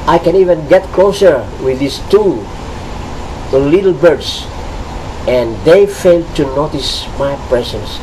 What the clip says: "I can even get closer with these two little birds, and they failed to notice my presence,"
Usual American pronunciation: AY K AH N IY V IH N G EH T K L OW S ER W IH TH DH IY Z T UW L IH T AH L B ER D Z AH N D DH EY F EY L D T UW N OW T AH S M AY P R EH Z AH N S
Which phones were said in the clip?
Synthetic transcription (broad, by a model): AY K AH N IY V IH N G EH T K L OW S ER W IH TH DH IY S T UW L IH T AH L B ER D S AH N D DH EY F EY L D T UW N OW T AH S M AY P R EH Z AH N S